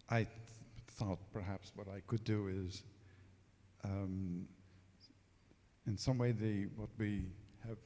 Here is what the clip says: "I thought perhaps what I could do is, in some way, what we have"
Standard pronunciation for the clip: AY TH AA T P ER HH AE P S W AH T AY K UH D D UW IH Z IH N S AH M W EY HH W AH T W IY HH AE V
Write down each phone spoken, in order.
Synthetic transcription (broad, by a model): AY TH AA T P ER HH AE P S W AH T AY K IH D D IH IH Z IH N S AH M W EY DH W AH T W IY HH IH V